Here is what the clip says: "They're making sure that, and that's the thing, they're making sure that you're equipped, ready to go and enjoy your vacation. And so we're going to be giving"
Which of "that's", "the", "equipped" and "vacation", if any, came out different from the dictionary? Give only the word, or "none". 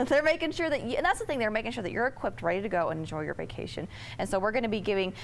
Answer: none